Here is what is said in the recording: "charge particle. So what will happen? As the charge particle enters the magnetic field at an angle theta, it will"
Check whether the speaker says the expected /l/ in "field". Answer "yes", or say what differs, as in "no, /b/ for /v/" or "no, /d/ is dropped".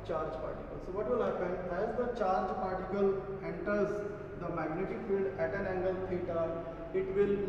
yes